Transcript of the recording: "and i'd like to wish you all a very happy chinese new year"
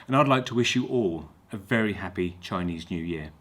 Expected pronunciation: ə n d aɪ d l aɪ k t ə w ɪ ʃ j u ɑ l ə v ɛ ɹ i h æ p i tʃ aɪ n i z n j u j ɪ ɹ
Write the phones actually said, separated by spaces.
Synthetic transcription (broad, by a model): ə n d aɪ d l aɪ k t ə w ɪ ʃ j ɑ l ə v ɛ ɹ i h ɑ p i tʃ aɪ n i z n j u j ɪ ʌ